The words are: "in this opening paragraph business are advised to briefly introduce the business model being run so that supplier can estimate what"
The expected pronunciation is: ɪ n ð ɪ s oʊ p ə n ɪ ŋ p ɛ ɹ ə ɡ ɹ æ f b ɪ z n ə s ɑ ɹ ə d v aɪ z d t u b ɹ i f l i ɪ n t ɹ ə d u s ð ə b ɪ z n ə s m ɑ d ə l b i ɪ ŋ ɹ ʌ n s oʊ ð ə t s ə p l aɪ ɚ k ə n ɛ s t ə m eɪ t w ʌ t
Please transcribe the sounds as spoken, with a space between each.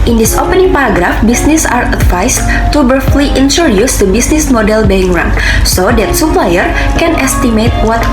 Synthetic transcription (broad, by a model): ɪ n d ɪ s oʊ p ə n ɪ ŋ p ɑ ɹ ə ɡ ɹ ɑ f b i s n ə s ɑ ɹ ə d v aɪ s t u b ʌ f l i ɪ n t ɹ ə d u s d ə b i s n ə s m ɑ d ə l b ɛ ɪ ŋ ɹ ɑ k s oʊ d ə t s ə p l aɪ ɚ k ə n ɛ s t ə m eɪ t w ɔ t